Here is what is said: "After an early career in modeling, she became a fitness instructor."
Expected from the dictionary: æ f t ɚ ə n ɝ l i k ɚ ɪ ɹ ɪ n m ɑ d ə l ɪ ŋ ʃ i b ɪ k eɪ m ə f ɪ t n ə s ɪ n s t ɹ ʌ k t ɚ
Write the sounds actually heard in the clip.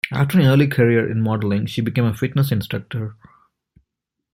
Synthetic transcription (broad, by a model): æ f t ɚ ə n ɝ l i k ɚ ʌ ɹ ɪ n m ɑ d ə l ɪ ŋ ʃ i b ɪ k eɪ m ə f ɪ t n ə s ɪ n s t ɹ ʌ k t ɚ